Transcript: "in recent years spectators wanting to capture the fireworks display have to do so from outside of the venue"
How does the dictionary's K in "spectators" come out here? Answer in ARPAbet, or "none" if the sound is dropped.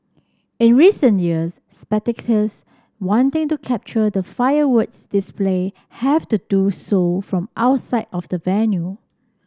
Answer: none